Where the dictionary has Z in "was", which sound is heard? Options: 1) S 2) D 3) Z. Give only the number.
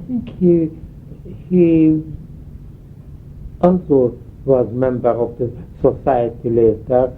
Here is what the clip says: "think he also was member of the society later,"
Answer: 3